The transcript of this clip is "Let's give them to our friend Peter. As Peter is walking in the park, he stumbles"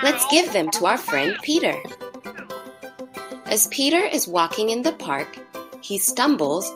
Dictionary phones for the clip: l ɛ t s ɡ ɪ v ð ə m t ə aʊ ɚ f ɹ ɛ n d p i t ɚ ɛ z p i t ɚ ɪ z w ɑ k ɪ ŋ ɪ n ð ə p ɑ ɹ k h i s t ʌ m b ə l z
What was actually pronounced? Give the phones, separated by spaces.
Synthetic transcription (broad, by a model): l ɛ t s ɡ ɪ v ð ə m t ə aʊ ɚ f ɹ ɛ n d p i t ɚ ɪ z p i t ɚ ɪ z w ɑ k ɪ ŋ ɪ n ð ə p ɑ ɹ k h i s t ʌ m b l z